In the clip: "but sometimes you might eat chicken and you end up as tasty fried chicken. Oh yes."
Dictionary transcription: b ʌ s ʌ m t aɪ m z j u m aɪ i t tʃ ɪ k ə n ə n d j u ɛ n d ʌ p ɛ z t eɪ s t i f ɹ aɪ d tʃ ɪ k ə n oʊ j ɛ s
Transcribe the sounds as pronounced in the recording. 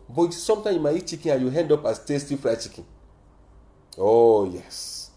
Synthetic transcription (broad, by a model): b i s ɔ m t aɪ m j u m aɪ i t tʃ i k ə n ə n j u ɛ n d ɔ p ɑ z t eɪ s t i f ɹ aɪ tʃ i k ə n oʊ j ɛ s